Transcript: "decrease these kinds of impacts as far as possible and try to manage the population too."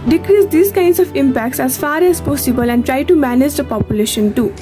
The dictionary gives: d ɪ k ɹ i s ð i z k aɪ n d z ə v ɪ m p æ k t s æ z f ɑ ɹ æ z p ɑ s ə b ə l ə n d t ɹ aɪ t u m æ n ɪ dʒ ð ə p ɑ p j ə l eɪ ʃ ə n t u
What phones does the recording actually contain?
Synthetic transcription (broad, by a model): d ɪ k ɹ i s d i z k aɪ n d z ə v ɪ m p æ k t s æ z f ɑ ɹ æ z p ɑ s ə b ə l ə n d t ɹ aɪ t u m æ n ɪ dʒ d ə p ɑ p j ə l eɪ ʃ ə n t u